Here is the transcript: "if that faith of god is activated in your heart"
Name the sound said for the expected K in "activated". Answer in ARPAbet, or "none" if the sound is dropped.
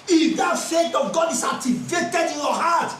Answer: none